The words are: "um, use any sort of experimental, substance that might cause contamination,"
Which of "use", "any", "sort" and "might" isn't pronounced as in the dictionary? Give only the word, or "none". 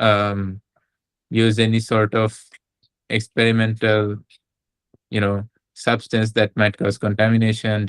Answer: none